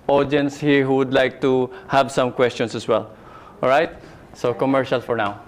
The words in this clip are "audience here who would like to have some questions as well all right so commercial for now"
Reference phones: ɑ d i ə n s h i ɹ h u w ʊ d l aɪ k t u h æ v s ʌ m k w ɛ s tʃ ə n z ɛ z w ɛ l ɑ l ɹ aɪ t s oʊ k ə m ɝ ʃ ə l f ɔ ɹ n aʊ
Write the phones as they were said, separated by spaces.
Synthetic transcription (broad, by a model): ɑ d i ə n s h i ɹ h u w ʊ d l aɪ k t u h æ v s ʌ m k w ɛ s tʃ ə n s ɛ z w ɛ l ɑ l ɹ aɪ t s oʊ k ə m ɝ ʃ ə l f ɔ ɹ n aʊ